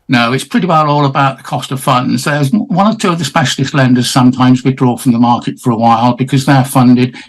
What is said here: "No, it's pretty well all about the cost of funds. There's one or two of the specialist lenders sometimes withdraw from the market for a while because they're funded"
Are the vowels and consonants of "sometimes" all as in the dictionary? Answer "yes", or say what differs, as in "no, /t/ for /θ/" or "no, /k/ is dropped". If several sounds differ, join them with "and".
yes